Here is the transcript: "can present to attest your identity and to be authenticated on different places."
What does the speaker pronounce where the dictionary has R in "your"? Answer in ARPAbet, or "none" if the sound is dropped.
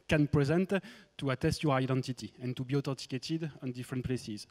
R